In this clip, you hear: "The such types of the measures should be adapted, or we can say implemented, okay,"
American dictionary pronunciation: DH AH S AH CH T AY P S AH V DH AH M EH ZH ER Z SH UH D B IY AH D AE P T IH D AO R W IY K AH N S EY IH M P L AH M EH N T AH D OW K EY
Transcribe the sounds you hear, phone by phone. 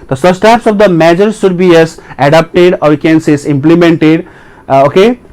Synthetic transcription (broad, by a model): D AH S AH S T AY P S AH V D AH M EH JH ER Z SH UH D B IY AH D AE P T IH D AO R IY K AH N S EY IH M P L AH M EH N T AH D OW K EY